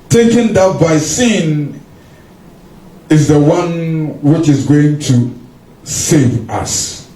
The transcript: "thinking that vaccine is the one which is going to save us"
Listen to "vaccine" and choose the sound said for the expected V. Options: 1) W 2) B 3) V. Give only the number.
2